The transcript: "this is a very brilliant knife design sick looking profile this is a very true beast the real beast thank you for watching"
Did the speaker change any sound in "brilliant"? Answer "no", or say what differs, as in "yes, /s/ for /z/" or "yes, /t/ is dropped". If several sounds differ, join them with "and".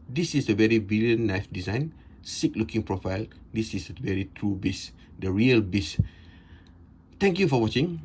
yes, /ɹ/ is dropped